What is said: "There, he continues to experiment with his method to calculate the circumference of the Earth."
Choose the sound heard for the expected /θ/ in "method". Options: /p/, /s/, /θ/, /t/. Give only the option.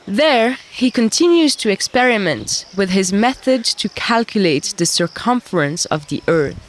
/θ/